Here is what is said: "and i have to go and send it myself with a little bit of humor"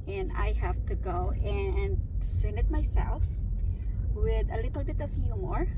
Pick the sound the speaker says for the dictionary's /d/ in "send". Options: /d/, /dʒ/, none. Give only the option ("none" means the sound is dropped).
none